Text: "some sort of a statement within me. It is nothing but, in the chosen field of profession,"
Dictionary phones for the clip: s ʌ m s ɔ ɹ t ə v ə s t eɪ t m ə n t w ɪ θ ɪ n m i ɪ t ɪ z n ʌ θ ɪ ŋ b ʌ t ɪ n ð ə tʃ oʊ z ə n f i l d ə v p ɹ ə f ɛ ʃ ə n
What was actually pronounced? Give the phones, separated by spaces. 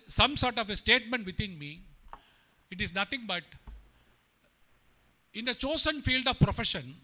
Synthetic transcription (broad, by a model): s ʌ m s ɔ ɹ t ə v ə s t eɪ t m ə n t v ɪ t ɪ n m i ɪ t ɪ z n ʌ t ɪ ŋ b ʌ t ɪ n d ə tʃ oʊ s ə n f i l d ə v p ɹ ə f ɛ ʃ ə n